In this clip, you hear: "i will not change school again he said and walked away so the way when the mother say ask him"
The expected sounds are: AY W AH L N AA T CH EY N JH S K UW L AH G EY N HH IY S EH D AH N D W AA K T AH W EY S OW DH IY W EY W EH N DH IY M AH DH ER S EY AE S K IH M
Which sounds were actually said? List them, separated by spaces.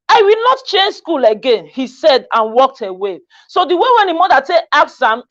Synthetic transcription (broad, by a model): AY W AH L N AA T CH EY N JH S K UW L AH G EY N HH IY S EH D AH N W AA K T AH W EY S OW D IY W EY W EH N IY M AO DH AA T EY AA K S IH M